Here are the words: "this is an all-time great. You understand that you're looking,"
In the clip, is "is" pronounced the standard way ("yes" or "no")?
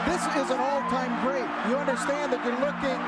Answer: yes